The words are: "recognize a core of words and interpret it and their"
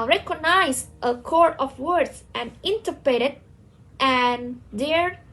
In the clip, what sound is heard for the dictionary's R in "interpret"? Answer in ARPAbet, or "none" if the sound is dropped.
none